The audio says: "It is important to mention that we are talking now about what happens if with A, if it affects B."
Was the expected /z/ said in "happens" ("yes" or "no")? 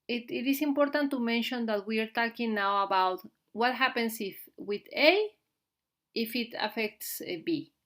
no